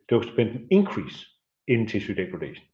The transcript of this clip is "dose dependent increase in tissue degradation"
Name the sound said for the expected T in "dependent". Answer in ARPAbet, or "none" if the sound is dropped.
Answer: none